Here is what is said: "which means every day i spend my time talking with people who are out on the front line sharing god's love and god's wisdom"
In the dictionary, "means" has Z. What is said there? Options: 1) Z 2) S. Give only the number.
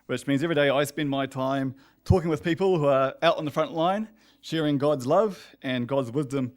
1